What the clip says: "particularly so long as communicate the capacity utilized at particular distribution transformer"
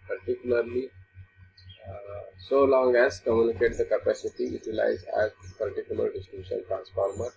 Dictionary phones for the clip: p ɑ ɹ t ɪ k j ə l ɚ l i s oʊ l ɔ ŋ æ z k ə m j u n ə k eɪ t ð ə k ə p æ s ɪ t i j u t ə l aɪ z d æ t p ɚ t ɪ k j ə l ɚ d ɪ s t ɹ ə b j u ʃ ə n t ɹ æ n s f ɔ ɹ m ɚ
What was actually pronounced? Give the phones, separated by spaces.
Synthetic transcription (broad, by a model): p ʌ ɹ t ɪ k j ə l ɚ l i s oʊ l ɔ ŋ æ z k ə m j u n ə k eɪ t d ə k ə p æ s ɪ t i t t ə l aɪ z æ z p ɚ t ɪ k j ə l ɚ d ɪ s t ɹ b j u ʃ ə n t ɹ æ n s f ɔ ɹ m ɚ